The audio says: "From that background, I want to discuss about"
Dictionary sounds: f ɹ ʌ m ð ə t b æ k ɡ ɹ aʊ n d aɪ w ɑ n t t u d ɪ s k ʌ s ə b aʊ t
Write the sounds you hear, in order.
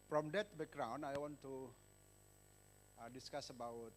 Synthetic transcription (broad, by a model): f ɹ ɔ m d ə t b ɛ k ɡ ɹ aʊ n aɪ w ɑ n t t u d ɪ s k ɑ s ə b aʊ t